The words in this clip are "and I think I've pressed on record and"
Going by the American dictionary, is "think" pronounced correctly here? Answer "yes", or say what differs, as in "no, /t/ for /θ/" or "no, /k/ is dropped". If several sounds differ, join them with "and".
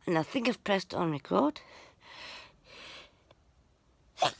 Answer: yes